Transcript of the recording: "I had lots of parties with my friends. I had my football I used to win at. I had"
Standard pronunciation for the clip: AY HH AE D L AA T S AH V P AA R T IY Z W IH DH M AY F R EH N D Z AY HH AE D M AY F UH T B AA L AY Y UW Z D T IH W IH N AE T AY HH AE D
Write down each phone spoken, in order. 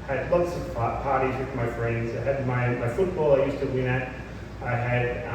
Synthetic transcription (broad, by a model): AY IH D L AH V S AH P P AA R T IY Z W IH DH M AY F R EH N D Z AY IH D M AY F UH T B AA L AY Y UW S T IH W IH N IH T AY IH D